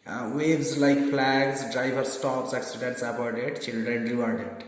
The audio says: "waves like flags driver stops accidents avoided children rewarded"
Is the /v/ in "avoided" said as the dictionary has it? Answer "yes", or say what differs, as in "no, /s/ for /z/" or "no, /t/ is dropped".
no, /p/ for /v/